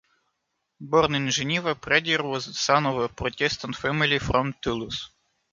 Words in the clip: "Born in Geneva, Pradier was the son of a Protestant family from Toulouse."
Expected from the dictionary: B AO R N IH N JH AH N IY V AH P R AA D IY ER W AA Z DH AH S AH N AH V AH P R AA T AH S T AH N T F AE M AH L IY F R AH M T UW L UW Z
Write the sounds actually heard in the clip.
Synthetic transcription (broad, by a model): B AO R N IH N ZH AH N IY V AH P R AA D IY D W AA Z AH S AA N AH V AH P R AA T AH S T AH N T F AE M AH L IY F R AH M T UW L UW S